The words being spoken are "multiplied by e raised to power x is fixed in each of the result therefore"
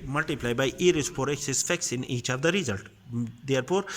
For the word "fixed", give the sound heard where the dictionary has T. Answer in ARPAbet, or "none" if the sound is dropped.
none